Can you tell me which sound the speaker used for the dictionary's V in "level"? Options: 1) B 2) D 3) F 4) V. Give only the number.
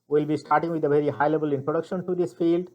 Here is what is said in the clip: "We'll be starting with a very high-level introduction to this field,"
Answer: 1